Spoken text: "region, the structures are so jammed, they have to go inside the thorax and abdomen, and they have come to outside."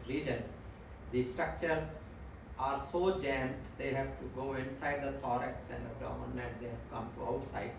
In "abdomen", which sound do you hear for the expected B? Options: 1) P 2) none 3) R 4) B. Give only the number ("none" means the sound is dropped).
2